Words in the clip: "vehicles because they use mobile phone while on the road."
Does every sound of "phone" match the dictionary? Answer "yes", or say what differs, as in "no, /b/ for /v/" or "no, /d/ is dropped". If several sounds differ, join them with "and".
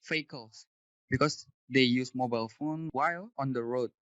yes